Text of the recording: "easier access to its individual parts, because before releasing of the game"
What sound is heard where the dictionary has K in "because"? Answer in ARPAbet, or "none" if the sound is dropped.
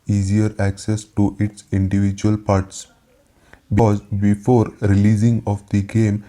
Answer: none